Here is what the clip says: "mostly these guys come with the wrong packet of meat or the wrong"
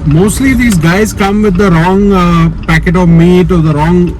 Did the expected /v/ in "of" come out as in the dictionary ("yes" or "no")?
yes